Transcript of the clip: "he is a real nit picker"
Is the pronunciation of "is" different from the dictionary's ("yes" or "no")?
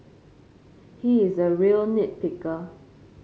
no